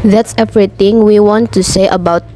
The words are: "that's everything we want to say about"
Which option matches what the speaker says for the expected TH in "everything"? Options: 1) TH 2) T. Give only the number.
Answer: 2